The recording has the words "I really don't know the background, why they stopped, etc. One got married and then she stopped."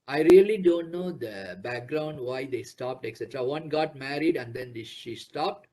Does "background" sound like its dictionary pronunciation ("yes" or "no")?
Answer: yes